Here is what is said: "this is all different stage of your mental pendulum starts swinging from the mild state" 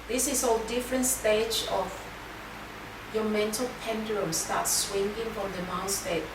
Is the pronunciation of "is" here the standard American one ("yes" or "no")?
no